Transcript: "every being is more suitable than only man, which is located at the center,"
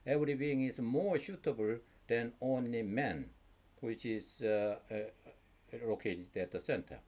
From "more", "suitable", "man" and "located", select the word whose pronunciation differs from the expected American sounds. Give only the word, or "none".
suitable